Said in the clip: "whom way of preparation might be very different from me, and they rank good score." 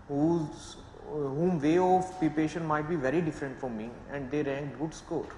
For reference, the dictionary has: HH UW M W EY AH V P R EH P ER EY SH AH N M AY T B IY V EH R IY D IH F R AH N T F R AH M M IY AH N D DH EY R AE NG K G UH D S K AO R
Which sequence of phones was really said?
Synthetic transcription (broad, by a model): HH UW M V EY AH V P IY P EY SH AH N M AY T B IY V EH R IY D IH F R AH N T F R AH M M IY AH N D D EY R AE NG K G UH D S K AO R